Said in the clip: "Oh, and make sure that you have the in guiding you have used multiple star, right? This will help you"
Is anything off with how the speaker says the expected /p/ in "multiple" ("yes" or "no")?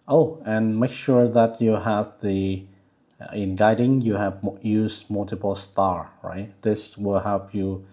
no